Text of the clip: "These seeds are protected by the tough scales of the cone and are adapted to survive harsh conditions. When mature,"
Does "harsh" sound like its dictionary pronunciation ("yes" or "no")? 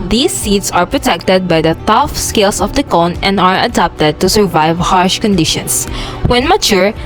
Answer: yes